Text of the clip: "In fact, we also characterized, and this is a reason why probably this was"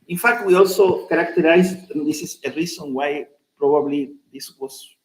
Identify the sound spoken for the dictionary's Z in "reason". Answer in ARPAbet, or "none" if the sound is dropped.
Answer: S